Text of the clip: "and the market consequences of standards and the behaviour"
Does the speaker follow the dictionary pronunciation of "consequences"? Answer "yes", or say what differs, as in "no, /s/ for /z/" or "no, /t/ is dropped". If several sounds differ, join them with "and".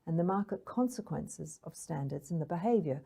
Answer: yes